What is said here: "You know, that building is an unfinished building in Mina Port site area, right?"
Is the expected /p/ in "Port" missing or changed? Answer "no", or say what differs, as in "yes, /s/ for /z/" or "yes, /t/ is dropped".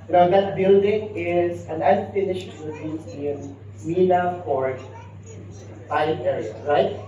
yes, /f/ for /p/